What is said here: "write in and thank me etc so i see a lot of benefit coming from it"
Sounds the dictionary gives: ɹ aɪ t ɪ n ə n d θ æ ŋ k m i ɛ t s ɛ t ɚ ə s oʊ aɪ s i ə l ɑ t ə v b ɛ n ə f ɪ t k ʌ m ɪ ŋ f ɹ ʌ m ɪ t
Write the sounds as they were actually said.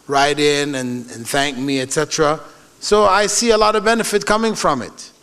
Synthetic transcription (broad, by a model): ɹ aɪ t ɪ n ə n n θ æ ŋ k m i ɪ t s ɛ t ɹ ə s oʊ aɪ s i ə l ɑ t ə v b ɛ n ə f ɪ t k ʌ m ɪ ŋ f ɹ ʌ m ɪ t